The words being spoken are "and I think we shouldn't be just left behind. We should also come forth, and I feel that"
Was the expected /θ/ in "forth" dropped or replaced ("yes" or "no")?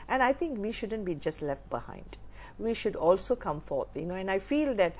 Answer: yes